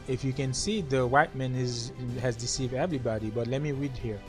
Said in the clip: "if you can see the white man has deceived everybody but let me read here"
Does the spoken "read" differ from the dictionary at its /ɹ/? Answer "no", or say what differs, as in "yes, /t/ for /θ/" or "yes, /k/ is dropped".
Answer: no